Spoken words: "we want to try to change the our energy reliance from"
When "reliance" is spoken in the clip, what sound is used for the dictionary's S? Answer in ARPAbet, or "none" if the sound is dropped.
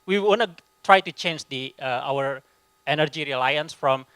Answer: S